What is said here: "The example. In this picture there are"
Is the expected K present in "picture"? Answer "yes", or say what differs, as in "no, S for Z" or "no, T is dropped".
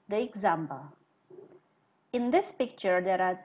yes